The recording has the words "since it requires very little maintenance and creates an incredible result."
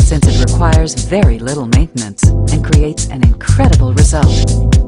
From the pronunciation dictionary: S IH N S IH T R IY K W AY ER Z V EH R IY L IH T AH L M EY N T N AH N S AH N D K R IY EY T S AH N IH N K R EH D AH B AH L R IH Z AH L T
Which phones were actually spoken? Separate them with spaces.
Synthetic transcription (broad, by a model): S IH N S IH T R IY K W AY ER Z V EH R IY L IH T L M EY N T N AH N S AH N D K R IY EY T S AH N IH N K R EH D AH B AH L R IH Z AH L T